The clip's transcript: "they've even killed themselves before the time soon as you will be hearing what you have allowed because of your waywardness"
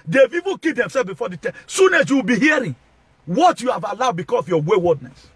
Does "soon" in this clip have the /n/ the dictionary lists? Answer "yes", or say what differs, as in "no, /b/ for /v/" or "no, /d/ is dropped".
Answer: yes